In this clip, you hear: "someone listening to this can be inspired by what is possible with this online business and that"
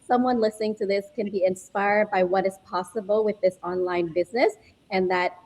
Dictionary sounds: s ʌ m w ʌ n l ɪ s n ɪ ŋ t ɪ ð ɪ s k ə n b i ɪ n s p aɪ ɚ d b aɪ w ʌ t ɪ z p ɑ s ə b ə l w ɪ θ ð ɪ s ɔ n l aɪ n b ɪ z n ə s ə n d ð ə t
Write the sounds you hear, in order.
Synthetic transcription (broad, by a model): s ʌ m w ʌ n l ɪ s n ɪ ŋ t ɪ ð ɪ s k ə n b i ɪ n s p aɪ ɚ d b aɪ w ʌ t ɪ z p ɑ s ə b l w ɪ ð ɪ s ɔ n l aɪ n b ɪ z n ə s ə n ð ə t